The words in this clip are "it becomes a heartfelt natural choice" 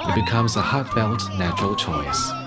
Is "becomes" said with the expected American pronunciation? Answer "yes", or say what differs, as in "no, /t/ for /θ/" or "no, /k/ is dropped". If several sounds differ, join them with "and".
yes